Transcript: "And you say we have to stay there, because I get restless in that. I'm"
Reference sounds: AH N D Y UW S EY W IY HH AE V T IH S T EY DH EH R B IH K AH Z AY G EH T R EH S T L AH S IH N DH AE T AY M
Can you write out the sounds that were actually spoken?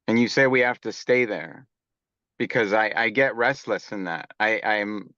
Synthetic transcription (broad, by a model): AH N Y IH S EY W IY HH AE F T IH S T EY DH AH R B IH K AH Z AY G EH T R EH S T L AH S IH N DH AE T AY M